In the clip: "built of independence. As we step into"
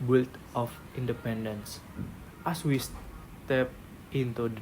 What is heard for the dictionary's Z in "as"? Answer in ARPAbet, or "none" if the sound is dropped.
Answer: S